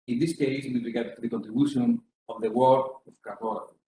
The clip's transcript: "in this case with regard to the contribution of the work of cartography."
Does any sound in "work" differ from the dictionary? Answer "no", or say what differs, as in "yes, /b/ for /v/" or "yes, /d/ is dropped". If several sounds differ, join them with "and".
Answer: yes, /k/ is dropped